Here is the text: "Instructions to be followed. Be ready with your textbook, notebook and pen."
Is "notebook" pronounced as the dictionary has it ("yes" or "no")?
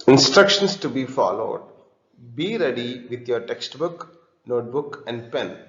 yes